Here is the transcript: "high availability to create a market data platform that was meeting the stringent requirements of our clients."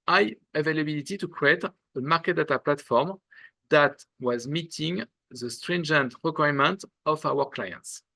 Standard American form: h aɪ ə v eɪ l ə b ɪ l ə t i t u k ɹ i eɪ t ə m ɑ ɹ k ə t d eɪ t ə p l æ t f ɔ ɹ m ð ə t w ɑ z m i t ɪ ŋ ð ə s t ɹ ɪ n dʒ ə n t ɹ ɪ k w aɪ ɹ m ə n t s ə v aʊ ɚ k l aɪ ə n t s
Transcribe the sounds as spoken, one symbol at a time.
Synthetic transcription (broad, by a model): aɪ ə v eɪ l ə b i l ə t i t u k ɹ i eɪ t ə m ɑ ɹ k ə t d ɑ t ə p l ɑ t f ɔ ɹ m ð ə t w ɑ z m i t ɪ ŋ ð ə s t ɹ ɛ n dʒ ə n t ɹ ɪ k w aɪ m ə n t ə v aʊ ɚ k l aɪ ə n t s